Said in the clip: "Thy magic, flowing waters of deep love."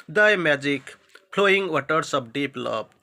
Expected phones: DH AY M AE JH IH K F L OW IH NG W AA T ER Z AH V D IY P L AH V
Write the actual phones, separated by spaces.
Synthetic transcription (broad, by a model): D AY M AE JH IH K P L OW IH NG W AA T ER S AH B D IY P L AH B